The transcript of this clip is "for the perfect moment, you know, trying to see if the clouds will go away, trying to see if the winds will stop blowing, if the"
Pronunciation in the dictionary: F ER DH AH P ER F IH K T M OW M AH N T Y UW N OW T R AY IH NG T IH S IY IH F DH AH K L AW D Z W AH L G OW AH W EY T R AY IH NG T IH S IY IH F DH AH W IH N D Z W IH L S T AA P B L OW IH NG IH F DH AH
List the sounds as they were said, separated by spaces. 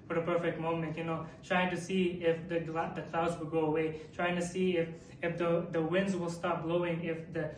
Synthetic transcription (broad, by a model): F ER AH P ER F IH K T M OW M AH N T Y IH N OW T R AY IH NG T IH S IY IH F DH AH K L AW D Z W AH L G OW AH W EY T R AY IH NG T IH S IY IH F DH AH W IH N D Z W IH L S T AA P B L OW IH NG IH F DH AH